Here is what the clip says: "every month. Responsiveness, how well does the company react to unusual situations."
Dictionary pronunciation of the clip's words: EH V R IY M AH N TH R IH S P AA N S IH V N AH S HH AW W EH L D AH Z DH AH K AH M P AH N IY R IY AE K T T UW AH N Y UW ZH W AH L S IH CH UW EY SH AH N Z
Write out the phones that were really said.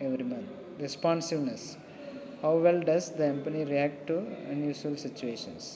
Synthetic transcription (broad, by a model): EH V R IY M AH N T R IH S P AA N S IH V N AH S HH AW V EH L D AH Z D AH K AH M P AH N IY R IY AE K T T UW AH N Y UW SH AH L S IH CH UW EY SH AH N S